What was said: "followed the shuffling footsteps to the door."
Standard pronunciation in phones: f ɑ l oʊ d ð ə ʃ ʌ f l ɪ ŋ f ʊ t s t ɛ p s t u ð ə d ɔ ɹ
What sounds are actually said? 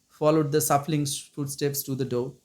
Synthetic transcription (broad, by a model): f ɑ l oʊ d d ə s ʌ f l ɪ ŋ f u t s t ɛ p s t u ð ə d ɔ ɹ